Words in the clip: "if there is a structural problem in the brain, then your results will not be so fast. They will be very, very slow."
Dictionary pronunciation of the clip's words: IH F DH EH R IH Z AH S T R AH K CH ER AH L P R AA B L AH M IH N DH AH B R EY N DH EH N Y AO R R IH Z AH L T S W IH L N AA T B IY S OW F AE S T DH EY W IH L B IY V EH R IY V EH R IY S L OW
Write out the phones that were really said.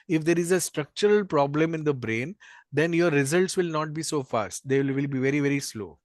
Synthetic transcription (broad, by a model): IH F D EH R IH Z AH S T R AH K CH ER AH L P R AA B L AH M IH N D AH B R EY N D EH N Y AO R R IH Z AH L T S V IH L N AA T B IY S OW F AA S T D EY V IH L B IY V EH R IY V EH R IY S L OW